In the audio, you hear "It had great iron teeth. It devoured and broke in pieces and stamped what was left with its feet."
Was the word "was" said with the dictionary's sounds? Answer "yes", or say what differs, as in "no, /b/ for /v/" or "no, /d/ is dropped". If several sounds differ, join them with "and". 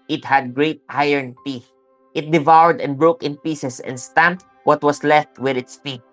no, /s/ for /z/